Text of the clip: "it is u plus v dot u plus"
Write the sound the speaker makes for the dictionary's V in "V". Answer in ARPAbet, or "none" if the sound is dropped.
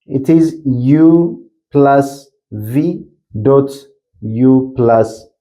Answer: V